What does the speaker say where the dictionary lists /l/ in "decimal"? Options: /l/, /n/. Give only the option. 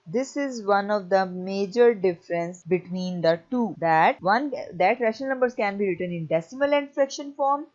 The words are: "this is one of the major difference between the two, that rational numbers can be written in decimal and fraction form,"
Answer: /l/